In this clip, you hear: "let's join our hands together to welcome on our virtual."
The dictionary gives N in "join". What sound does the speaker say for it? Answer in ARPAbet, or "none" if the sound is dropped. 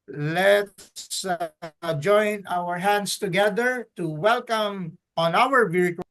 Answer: N